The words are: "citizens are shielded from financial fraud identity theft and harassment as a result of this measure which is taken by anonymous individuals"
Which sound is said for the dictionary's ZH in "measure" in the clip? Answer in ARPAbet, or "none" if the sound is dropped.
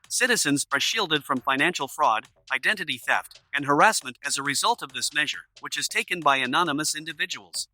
ZH